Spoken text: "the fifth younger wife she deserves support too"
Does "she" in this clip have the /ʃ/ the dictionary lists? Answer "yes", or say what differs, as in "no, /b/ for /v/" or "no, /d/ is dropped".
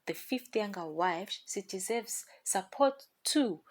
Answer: no, /s/ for /ʃ/